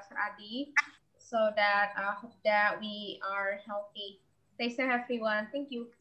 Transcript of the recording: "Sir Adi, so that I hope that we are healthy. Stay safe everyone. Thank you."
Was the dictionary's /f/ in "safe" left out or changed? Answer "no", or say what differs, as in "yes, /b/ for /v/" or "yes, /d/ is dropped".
yes, /f/ is dropped